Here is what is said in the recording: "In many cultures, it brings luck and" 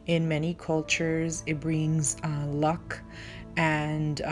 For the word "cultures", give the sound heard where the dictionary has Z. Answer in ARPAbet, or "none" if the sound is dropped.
Z